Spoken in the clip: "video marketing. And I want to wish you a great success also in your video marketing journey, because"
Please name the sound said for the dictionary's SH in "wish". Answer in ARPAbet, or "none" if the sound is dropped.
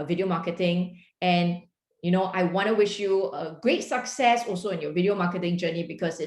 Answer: SH